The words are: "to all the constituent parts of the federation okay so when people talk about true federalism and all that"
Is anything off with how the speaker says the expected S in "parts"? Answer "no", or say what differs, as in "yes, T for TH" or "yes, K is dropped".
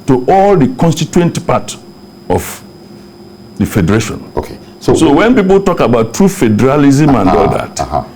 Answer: yes, S is dropped